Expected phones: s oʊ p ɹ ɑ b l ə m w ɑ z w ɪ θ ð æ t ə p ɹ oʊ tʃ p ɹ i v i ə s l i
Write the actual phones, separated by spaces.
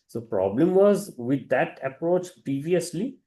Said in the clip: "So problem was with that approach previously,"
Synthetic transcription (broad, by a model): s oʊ p ɹ ɑ b l ə m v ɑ z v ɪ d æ t ə p ɹ oʊ tʃ p ɹ i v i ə s l i